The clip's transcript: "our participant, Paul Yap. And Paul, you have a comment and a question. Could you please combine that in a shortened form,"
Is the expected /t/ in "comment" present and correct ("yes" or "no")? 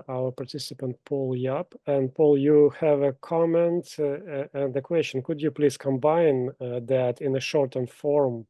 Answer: yes